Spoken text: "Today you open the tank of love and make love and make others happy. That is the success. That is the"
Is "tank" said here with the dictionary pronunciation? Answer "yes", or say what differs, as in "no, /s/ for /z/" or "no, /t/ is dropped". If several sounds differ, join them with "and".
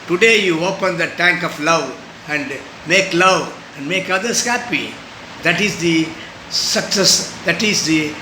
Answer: yes